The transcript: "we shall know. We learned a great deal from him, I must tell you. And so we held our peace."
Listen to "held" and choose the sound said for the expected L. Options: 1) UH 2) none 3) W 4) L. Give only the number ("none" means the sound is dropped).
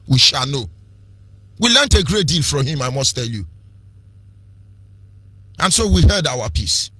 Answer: 2